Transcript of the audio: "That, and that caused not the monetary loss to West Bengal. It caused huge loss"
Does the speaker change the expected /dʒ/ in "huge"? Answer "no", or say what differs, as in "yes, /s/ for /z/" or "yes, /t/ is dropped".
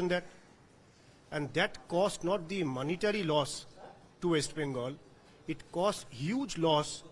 no